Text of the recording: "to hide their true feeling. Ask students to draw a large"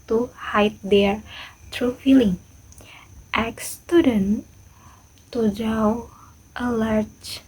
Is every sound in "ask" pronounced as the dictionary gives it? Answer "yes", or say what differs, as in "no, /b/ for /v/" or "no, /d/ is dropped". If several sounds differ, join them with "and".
no, /s/ is dropped